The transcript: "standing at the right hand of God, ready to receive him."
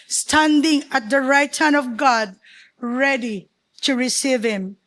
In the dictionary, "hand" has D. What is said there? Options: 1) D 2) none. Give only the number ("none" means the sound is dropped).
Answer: 2